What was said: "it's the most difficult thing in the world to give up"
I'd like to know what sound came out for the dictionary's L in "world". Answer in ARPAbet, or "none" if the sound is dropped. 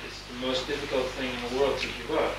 L